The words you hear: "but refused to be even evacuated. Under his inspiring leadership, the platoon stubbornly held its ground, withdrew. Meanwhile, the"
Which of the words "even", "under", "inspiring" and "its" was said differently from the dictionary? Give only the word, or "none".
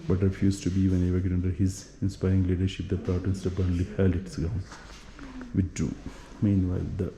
under